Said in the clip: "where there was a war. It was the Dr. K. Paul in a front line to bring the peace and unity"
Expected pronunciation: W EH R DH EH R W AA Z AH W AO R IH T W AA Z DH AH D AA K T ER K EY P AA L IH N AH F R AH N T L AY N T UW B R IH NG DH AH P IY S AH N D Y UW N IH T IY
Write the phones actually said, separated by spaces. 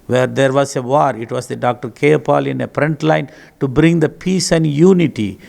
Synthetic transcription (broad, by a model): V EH R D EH R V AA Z AH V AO R IH T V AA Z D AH D AA K T ER K EY P AA L IH N AH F R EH N T L AY N T UW B R IH NG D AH P IY S AH N D Y UW N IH T IY